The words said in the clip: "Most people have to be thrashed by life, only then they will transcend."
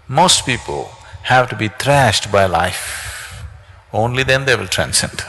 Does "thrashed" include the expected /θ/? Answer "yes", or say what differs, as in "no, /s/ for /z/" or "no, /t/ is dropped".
no, /t/ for /θ/